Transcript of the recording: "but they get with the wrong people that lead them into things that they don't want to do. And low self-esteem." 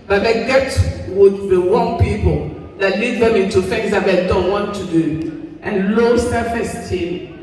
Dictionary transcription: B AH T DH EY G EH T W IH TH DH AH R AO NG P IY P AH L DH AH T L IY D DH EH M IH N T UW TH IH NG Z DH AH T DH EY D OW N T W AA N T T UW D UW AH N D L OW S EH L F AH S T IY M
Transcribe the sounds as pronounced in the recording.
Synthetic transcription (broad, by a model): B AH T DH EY G EH T W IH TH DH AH W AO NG P IY P AH L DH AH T L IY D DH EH M IH N T UW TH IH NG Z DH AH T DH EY D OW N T W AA N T T UW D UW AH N L OW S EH F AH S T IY